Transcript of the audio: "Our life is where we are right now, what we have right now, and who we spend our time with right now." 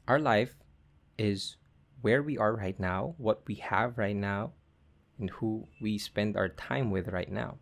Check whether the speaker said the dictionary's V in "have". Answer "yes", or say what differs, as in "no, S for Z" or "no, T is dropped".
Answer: yes